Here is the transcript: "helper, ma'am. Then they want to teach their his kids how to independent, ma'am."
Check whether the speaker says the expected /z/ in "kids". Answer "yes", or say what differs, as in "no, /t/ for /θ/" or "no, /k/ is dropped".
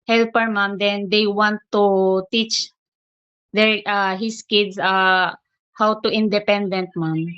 no, /s/ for /z/